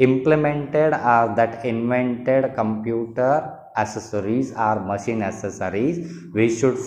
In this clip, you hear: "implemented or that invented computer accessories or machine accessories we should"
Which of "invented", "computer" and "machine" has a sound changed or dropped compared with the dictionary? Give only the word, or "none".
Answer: none